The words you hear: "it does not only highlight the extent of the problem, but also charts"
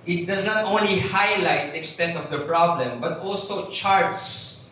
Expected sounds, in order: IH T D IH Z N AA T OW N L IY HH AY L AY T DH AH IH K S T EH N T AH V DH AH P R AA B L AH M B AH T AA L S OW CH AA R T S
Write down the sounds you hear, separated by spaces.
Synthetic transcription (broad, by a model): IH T D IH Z N AA T OW N L IY HH AY L AY T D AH K S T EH N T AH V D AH P R AA B L AH M B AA T AA L S OW CH AA R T S